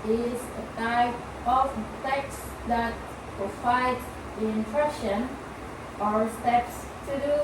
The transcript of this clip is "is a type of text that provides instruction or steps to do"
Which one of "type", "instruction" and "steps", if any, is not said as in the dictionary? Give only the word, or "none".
instruction